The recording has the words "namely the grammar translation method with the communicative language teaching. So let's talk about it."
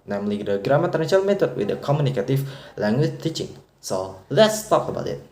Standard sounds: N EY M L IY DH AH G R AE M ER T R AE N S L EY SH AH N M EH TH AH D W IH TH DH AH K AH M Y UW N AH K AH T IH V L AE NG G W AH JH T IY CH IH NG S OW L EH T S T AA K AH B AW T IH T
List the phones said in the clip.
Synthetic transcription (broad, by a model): N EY M L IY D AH G R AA M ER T AE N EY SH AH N M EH T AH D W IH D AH K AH M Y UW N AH K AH T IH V L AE NG G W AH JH T IY CH IH NG S OW L EH T S T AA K AH B AW T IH T